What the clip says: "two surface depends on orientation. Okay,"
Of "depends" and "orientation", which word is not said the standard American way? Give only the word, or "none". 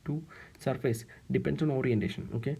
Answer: depends